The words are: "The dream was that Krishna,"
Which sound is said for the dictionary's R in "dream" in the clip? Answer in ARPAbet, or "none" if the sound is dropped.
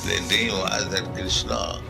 none